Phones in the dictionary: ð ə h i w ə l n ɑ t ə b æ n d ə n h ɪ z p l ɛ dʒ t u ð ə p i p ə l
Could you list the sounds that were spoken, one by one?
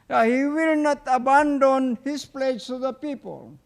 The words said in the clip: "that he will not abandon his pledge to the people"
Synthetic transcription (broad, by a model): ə h i w ə l n ɑ t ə b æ n d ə n h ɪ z p l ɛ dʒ s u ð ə p i p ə l